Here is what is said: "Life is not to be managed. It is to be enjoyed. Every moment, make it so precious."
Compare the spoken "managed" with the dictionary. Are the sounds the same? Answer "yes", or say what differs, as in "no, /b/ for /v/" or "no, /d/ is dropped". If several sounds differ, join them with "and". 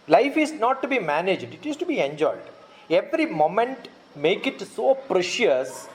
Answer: yes